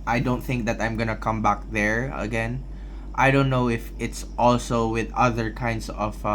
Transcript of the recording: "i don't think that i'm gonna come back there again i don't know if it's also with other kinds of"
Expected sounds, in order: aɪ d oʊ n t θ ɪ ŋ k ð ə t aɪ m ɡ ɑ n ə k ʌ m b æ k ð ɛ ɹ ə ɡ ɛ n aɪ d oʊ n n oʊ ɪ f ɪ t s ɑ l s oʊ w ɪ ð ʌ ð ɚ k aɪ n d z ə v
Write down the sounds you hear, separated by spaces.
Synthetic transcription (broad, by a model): aɪ d oʊ n t θ ɪ ŋ k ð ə t aɪ m ɡ ɑ n ə k ʌ m b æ k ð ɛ ɹ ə ɡ ɛ n aɪ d oʊ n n oʊ ɪ f ɪ t s ɑ l s oʊ w ɪ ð ʌ ð ɚ k aɪ n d s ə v